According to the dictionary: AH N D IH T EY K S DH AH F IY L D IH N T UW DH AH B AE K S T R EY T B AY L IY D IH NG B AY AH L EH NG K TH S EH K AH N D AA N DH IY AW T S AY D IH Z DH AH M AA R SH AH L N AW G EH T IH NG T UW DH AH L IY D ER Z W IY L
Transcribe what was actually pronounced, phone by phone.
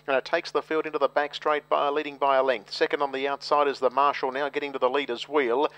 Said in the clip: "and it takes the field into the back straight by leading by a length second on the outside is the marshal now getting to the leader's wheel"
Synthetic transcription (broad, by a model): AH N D IH T EY K S DH AH F IY L D IH N T UW DH AH B AE K S T R EY T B AY L IY D IH NG B AY AH L EH NG K TH S EH K AH N D N DH IY AW T S AY D IH Z DH AH M AA R SH L N AW G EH T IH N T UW DH AH L IY D ER Z W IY L